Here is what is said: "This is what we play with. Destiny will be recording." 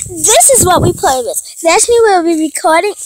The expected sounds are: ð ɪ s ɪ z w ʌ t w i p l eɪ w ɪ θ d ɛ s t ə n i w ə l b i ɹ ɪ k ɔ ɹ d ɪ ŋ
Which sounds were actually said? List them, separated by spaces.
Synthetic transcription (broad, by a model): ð ɪ s ɪ z w ʌ t w i p l eɪ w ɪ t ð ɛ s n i w ə l b i ɹ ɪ k ɔ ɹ d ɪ ŋ